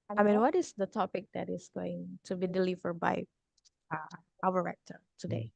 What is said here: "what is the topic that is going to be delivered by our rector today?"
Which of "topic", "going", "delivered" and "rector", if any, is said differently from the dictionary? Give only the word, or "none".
none